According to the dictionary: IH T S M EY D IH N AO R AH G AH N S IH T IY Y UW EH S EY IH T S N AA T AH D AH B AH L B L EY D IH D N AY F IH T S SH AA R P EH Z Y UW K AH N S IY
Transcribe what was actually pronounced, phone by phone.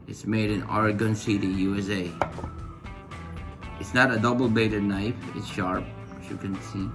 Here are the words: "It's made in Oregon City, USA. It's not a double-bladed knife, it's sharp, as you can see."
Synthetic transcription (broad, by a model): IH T S M EY D IH N AO R AH G AH N S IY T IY Y UW EH S EY IH T S N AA T AH D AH B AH L B EY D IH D N AY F IH T S SH AA R P Y UW K AH N S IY